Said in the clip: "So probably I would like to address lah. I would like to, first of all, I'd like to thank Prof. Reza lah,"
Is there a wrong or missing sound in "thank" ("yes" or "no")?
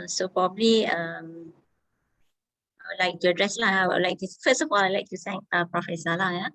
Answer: yes